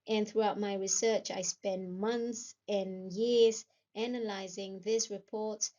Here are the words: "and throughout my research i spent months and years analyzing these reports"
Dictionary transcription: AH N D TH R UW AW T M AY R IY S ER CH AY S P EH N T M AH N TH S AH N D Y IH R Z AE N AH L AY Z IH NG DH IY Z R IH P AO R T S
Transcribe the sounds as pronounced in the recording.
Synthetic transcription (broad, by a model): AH N TH R UW AW T M AY R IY S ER CH AY S P EH N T M AH N TH S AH N Y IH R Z AE N AH L AY Z IH NG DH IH S R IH P AO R T